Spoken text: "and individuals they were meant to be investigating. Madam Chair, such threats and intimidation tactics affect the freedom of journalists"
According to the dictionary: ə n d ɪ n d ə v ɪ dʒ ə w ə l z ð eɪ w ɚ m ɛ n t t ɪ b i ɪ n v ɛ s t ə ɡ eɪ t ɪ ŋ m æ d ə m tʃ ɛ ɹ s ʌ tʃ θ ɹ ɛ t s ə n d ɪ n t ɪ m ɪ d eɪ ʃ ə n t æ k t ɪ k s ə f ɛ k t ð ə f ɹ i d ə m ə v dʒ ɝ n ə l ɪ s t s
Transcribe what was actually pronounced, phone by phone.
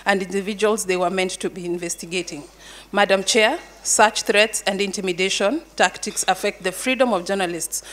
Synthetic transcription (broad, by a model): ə n d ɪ n d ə v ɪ dʒ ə w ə l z ð eɪ w ɚ m ɛ n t t ɪ b i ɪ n v ɛ s t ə ɡ eɪ t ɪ ŋ m æ d ə m tʃ ɛ ɹ s ʌ tʃ θ ɹ ɛ t s ə n d ɪ n t ɪ m ɪ d eɪ ʃ ə n t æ k t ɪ k s ə f ɛ k t ð ə f ɹ i d ə m ə v dʒ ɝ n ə l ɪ s t s